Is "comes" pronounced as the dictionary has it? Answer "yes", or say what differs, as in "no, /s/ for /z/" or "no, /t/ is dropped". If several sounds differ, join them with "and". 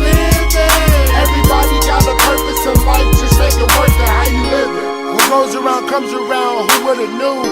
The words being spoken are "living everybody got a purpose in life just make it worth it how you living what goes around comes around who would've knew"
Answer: yes